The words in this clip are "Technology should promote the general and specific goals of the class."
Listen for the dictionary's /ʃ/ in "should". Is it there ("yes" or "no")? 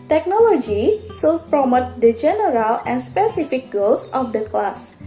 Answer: no